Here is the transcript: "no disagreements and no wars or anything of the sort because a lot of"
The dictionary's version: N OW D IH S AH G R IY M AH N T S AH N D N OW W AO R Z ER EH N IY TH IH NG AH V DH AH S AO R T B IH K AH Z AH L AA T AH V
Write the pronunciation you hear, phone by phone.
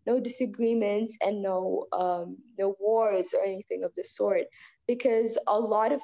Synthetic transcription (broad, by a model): N OW D IH S AH G R IY M AH N T S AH N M N OW W AO R Z ER EH N IY TH IH NG AH V DH AH S AO R T B IH K AH Z AH L AA T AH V